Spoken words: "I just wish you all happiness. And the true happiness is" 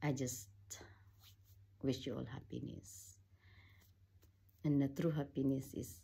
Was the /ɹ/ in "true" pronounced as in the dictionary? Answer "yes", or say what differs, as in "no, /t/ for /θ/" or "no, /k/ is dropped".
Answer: yes